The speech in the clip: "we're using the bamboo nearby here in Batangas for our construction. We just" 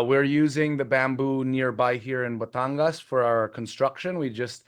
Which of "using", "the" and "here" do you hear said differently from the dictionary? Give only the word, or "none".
none